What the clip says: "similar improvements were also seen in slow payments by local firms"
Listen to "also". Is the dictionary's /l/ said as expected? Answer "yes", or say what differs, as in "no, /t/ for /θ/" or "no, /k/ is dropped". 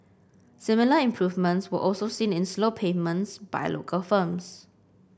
yes